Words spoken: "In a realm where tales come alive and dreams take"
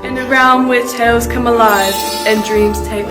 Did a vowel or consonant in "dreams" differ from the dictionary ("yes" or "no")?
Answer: no